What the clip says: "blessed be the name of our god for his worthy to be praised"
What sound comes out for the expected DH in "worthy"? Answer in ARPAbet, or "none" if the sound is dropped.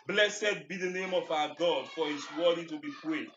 none